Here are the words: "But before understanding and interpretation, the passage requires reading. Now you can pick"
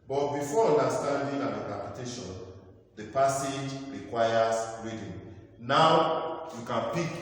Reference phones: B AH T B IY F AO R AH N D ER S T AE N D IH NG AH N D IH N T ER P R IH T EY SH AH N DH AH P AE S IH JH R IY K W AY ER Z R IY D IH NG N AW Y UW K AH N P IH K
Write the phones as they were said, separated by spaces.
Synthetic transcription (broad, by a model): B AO T B IY F AO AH N D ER S T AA N D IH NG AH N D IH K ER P IH T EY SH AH N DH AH P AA S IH JH R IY K W AY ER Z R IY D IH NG N AW Y UW K AH N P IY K